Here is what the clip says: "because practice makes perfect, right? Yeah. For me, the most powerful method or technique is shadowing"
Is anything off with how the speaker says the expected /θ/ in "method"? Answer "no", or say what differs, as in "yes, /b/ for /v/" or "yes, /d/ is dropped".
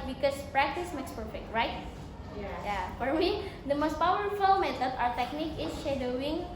yes, /s/ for /θ/